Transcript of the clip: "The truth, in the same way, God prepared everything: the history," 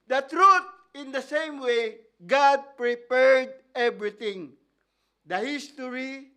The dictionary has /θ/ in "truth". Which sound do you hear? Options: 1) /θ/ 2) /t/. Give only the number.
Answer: 2